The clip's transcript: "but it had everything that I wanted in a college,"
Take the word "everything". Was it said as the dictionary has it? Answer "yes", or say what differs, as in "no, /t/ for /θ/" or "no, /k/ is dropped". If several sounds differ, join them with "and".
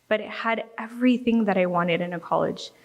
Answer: yes